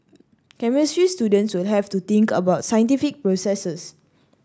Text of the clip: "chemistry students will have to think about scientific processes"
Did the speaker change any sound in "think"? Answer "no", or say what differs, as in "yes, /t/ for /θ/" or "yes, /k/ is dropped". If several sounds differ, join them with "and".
yes, /t/ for /θ/